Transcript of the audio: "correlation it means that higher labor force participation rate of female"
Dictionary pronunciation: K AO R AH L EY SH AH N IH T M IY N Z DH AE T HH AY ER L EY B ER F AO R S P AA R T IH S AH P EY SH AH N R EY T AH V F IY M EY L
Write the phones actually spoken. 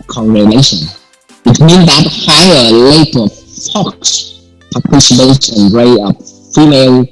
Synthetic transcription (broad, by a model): K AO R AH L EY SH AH N IH T M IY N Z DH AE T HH AY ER L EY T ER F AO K S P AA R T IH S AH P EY S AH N R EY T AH P F IY M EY L